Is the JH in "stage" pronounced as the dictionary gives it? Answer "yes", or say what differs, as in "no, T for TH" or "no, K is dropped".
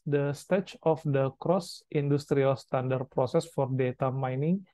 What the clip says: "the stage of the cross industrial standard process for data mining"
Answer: no, CH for JH